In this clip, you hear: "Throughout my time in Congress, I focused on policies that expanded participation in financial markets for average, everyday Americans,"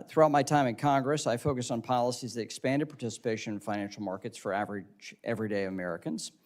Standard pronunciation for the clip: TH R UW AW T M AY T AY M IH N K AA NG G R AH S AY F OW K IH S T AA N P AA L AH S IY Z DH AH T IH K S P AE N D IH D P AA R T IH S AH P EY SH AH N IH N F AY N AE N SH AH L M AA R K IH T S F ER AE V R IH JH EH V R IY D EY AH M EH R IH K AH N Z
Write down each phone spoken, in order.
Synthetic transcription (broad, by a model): TH R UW AW T M AY T AY M IH N K AA NG G R AH S AY F OW K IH S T N P AA L AH S IY Z DH AH T IH K S P AE N D IH D P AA R T IH S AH P EY AH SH IH N F AY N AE N SH L M AA R K IH T S F ER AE V R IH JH EH V R IY D EY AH M EH R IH K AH N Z